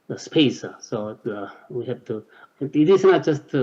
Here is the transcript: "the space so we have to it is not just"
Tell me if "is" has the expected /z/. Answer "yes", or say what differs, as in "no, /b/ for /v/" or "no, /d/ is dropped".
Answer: no, /s/ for /z/